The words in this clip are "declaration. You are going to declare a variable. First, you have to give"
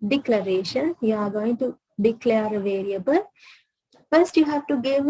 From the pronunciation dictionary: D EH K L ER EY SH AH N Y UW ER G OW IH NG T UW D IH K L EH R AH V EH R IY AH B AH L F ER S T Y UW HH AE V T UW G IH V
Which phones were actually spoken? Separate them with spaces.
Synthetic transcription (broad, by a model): D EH K L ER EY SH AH N Y UW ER G OW IH NG T UW D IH K L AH R AH V EH R IY AH B AH L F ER S T Y UW HH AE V T UW G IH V